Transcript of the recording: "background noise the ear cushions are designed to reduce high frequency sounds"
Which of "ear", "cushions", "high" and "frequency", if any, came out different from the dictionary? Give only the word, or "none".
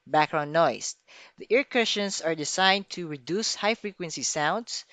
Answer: cushions